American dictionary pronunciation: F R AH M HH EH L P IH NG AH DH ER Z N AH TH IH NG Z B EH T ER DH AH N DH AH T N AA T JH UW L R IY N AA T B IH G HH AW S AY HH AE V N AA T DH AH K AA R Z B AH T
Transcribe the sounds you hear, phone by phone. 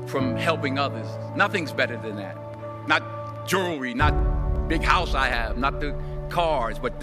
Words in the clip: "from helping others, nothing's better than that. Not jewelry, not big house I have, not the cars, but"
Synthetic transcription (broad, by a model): F R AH M HH EH L P IH NG AH DH ER Z N AH TH IH NG Z B EH T ER DH AH N DH AH T N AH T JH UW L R IY N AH T B IH G HH AW S AY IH V N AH T DH AH K AA R Z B AH T